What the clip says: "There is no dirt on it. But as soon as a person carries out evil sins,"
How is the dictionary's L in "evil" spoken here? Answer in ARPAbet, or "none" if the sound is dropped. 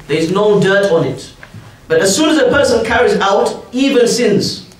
N